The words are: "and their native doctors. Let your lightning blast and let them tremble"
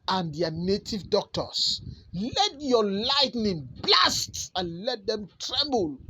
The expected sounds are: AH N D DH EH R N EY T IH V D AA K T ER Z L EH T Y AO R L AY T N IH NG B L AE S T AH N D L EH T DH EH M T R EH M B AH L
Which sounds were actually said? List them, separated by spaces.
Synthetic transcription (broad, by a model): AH N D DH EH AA N EY T IH V D AA K T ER S L EH T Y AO L AY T N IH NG B L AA S T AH N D L EH T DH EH M T R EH M B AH L